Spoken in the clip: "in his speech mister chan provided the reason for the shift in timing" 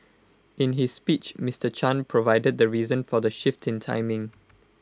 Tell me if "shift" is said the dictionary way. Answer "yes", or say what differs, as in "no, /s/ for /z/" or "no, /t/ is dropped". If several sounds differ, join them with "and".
yes